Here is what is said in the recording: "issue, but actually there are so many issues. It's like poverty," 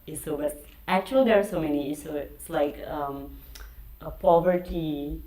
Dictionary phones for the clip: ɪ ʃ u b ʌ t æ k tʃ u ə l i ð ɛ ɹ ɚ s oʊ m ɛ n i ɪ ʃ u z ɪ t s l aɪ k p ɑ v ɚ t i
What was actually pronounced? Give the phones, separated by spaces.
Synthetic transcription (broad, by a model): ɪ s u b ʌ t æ k tʃ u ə l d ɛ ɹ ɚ s oʊ m ɛ n i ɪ s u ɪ ɪ t s l aɪ k p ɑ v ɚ t i